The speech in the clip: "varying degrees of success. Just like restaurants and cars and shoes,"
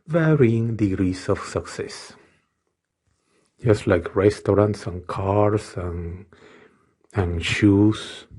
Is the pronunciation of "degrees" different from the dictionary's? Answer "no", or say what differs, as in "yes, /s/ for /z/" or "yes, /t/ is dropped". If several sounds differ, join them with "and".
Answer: yes, /s/ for /z/